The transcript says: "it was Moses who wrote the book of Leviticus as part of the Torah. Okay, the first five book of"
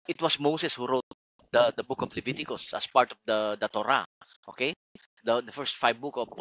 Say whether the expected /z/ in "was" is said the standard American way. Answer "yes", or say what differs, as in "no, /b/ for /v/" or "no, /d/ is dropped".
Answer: no, /s/ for /z/